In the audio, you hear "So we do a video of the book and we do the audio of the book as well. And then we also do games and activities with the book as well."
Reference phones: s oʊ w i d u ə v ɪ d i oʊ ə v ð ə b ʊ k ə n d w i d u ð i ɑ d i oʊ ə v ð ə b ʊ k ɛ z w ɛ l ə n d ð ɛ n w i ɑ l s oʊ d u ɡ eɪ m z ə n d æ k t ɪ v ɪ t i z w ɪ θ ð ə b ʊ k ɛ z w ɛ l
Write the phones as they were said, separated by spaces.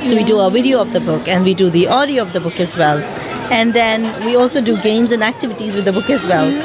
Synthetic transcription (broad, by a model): s oʊ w i d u ə v ɪ d i oʊ ə v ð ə b ʊ k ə n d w i d u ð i ɑ d i oʊ ə v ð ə b ʊ k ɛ z w ɛ l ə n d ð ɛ n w i ɑ l s oʊ d u ɡ eɪ m z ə n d æ k t ɪ v ɪ t i z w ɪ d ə b ʊ k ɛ z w ɛ l